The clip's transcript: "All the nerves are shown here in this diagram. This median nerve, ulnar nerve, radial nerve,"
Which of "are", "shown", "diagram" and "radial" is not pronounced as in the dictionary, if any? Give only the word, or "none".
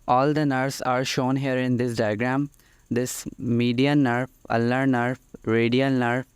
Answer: none